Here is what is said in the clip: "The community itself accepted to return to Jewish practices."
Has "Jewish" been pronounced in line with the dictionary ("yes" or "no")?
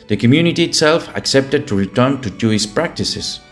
no